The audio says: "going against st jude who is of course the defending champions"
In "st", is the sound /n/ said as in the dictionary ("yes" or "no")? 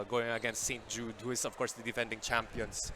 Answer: yes